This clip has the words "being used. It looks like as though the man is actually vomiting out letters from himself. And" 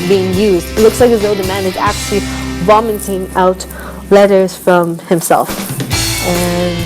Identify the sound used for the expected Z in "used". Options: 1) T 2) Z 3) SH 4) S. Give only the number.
2